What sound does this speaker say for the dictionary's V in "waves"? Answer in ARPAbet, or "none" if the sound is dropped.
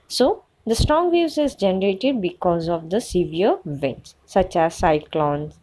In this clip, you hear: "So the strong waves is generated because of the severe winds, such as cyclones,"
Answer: none